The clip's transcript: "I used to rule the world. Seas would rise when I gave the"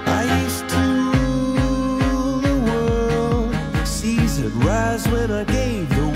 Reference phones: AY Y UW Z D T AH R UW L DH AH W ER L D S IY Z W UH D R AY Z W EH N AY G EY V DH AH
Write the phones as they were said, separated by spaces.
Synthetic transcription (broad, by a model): AY Y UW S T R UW DH AH W ER L D S IY Z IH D R AY Z W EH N AY G EY V DH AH